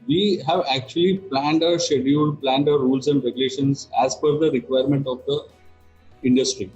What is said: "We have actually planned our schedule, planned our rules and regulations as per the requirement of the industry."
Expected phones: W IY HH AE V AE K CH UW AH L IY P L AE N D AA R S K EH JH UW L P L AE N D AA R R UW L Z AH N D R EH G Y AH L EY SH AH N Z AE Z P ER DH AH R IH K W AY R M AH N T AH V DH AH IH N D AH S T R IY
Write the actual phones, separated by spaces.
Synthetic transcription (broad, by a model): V IY HH AE V AE K CH UW AH L IY P L AE N D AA R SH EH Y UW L P L AE N D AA R R UW L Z AH N D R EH G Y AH L EY SH AH N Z AE Z F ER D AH R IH K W AY R M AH N T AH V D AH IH N D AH S T R IY